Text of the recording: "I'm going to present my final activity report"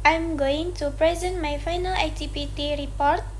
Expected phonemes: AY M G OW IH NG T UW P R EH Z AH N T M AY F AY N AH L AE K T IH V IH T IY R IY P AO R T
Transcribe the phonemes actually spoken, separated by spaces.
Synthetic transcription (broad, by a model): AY M G OW IH NG T UW P R EH Z AH N T M AY F AY N AH L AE T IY P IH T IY R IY P AO R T